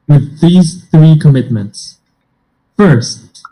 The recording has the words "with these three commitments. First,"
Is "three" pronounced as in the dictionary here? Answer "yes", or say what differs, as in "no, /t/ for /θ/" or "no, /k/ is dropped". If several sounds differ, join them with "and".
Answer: yes